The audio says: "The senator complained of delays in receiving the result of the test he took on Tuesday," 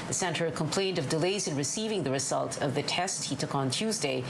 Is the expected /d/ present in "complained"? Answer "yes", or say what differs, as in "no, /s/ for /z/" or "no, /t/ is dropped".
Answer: yes